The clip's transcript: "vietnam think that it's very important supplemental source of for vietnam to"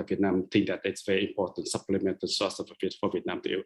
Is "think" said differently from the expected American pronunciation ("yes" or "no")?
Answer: yes